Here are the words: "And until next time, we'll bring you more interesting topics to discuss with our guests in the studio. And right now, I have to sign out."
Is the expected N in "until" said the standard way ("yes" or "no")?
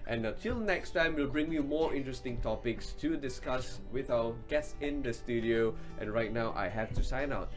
no